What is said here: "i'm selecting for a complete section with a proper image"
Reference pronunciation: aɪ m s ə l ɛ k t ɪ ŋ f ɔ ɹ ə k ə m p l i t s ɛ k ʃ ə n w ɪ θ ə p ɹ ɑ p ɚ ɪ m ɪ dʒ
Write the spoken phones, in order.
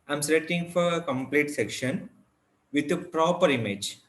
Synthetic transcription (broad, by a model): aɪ m s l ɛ t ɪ ŋ f ɔ ɹ ə k ə m p l i t s ɛ k ʃ ə n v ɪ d ə p ɹ ɑ p ɚ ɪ m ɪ dʒ